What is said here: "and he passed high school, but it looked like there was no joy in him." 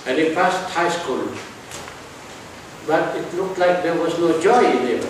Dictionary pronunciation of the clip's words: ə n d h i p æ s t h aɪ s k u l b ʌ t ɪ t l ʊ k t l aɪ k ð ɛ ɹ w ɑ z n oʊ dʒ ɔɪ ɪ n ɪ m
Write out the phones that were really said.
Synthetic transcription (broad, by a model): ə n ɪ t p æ s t h aɪ s k u l b ʌ t ɪ t l ʊ k t l aɪ k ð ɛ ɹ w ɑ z n oʊ dʒ ɔɪ ɪ n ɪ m